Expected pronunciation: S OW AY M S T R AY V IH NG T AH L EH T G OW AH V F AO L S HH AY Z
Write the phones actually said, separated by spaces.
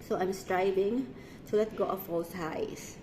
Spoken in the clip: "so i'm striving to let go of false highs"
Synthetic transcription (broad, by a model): S OW AY M S T R AY B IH NG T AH L EH T G OW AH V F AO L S HH AY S